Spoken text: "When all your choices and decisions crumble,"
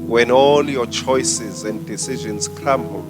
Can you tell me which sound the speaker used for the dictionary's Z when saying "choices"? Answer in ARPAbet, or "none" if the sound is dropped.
Z